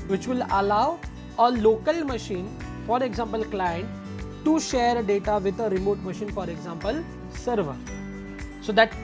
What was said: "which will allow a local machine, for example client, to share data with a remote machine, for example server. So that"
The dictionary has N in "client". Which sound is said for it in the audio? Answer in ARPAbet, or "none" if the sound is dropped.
N